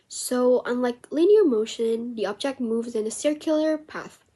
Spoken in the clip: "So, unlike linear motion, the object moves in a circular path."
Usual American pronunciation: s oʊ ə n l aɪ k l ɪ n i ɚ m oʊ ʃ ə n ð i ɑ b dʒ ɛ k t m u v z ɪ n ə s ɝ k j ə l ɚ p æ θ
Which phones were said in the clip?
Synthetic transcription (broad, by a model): s oʊ ə n l aɪ k l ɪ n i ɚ m oʊ ʃ ə n ð i ɑ b dʒ ɛ k t m u v z ɪ n ə s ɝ k j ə l ɚ p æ θ